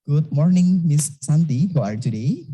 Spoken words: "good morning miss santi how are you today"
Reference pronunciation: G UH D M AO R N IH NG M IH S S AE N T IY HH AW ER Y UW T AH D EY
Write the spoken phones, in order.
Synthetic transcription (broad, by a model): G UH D M AO R N IH NG M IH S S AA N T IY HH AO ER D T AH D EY